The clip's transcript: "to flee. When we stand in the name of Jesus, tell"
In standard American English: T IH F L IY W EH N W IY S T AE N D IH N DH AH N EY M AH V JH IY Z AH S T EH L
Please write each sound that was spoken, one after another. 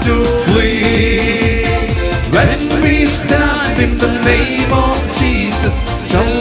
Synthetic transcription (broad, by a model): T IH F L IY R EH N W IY S T AE N D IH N DH AH N EY M AH V JH IY Z AH S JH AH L